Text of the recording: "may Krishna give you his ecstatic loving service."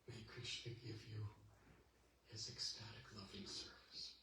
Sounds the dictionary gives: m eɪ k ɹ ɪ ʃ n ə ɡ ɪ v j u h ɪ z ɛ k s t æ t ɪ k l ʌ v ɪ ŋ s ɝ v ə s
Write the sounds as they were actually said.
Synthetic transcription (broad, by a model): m eɪ k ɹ ɪ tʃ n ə ɡ ɪ v j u h ɪ z ɛ k s t æ t ɪ k l ʌ v ɪ ŋ s ɝ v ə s